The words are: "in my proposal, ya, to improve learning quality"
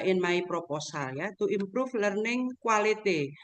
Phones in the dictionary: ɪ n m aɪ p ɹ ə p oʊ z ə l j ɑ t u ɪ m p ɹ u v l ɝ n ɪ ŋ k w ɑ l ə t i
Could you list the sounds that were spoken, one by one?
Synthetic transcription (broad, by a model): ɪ n m aɪ p ɹ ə p oʊ s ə l j ɑ t u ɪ m p ɹ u f l ɝ n ɪ ŋ k w ɑ l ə t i